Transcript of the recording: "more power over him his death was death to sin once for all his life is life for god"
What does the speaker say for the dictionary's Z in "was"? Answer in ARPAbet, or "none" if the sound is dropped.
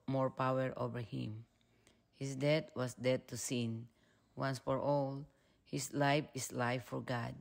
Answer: S